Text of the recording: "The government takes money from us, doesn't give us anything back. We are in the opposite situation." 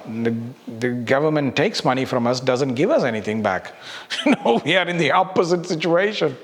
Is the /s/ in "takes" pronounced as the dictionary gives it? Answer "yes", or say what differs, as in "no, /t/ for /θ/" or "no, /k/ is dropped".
yes